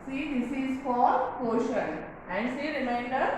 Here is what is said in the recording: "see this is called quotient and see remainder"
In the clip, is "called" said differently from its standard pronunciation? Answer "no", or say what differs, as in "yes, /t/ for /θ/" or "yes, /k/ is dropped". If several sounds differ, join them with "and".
yes, /l/ is dropped